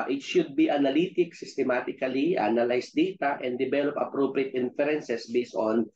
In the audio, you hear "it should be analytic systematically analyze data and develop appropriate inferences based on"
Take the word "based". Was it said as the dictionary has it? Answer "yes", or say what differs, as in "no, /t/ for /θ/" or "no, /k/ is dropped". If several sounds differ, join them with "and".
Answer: no, /t/ is dropped